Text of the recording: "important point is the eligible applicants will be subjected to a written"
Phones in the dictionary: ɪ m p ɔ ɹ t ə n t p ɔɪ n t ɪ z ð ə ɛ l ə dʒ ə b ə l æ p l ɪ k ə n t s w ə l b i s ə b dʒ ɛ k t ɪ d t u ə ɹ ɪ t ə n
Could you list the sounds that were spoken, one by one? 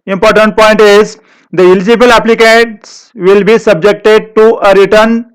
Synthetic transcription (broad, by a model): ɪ m p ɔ ɹ t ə n t p ɔɪ n t ɪ z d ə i l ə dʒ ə b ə l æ p l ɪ k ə t s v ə l b i s ə b dʒ ɛ k t ɪ d t u ə ɹ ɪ t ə n